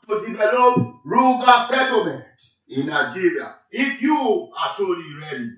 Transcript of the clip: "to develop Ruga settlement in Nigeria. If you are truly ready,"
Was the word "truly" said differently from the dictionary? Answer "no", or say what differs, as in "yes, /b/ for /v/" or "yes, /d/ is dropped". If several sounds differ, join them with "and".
yes, /ɹ/ is dropped